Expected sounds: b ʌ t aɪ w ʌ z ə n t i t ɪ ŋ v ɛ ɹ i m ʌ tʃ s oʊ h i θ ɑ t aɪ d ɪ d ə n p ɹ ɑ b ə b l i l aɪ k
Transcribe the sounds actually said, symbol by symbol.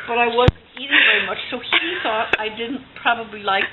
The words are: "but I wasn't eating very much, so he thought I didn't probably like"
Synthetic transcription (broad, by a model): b ʌ t aɪ w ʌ z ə n t i t ɪ ŋ v ɛ ɹ i m ʌ tʃ s oʊ h i θ ɑ t aɪ d ɪ d n p ɹ ɑ b ə b l i l aɪ k